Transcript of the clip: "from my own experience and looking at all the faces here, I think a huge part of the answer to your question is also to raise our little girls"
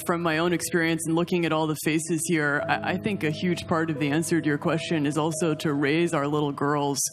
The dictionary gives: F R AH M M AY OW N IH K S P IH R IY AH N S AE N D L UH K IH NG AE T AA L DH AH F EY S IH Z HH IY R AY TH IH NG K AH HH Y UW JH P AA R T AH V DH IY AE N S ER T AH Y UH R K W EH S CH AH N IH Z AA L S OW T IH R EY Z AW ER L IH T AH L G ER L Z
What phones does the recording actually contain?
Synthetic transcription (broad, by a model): F R AH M M AY OW N IH K S P IH R IY AH N S N L UH K IH NG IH T AA L DH AH F EY S IH Z HH IY R AY TH IH NG K AH HH Y UW JH P AA R T AH V DH IY AE N S ER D Y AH R K W EH S CH AH N IH Z AA L S OW T IH R EY Z AW ER L IH T L G ER L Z